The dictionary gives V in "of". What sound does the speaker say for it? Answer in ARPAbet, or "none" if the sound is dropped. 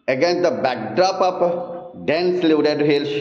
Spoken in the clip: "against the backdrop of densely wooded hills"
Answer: P